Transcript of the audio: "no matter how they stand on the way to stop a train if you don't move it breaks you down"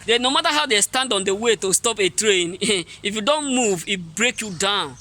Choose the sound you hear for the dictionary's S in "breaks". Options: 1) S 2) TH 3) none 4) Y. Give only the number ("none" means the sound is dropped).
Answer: 3